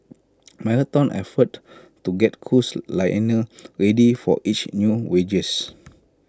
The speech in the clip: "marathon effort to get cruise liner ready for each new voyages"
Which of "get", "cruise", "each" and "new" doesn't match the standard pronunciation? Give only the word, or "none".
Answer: cruise